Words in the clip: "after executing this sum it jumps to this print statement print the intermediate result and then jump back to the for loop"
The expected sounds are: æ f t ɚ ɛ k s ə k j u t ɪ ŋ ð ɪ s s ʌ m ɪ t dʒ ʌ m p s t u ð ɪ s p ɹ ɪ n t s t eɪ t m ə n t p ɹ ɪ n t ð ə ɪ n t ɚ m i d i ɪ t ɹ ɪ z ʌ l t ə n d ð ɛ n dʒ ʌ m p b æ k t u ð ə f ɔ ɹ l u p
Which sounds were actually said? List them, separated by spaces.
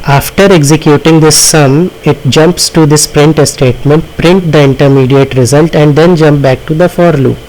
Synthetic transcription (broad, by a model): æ f t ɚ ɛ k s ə k j u t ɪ ŋ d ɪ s s ʌ m ɪ t dʒ ʌ m p s t u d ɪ s p ɹ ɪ n t s t eɪ t m ə n t p ɹ ɪ n t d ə ɪ n t ɚ m i d i ɪ t ɹ ɪ z ʌ l t ə n d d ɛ n dʒ ʌ m p b æ k t u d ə f ɔ ɹ l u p